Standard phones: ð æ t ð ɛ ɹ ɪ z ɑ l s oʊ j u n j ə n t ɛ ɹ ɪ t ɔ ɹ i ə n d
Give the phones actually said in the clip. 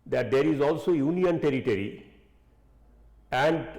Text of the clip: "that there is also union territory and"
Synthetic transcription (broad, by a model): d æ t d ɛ ɹ ɪ z ɑ l s oʊ j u n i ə n t ɛ ɹ ɪ t ɔ ɹ i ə n d